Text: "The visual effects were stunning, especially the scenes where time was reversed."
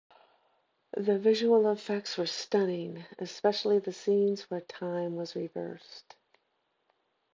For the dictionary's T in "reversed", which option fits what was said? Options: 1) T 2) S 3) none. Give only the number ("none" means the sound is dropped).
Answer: 1